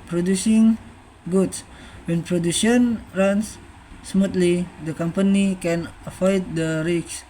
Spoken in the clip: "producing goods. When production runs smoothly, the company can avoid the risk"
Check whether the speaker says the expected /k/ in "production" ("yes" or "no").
no